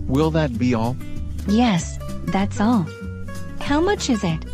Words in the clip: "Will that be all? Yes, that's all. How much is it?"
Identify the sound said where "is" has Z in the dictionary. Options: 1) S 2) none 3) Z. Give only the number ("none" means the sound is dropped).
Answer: 3